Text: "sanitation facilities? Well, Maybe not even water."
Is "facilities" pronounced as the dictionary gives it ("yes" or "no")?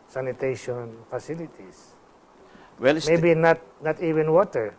no